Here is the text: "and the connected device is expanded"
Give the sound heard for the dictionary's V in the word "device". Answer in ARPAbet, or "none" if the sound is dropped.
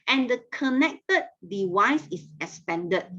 W